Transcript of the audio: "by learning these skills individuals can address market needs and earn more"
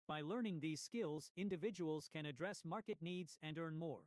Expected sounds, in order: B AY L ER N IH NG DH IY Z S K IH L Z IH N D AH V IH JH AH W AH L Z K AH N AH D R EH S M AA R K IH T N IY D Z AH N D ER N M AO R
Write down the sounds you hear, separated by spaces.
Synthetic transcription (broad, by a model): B AY L ER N IH NG DH IY Z S K IH L Z IH N D AH V IH JH AH W AH L Z K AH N AH D R EH S M AA R K IH T N IY D Z AH N D ER N M AO R